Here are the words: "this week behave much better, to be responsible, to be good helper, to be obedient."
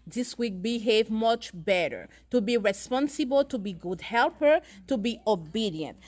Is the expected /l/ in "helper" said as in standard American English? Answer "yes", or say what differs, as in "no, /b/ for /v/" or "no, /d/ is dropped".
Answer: yes